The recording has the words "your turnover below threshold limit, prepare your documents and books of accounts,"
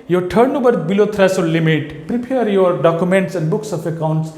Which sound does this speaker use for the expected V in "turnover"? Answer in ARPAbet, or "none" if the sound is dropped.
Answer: B